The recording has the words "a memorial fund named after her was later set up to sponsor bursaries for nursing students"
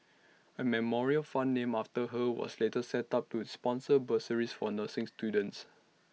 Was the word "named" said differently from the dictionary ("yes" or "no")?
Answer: yes